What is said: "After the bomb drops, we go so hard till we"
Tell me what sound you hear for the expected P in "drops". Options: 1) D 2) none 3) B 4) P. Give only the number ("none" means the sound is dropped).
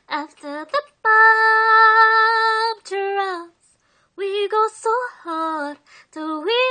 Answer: 2